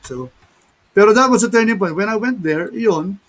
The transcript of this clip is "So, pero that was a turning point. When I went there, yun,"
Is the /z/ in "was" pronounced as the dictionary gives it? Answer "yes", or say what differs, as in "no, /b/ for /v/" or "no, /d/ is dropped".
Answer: no, /s/ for /z/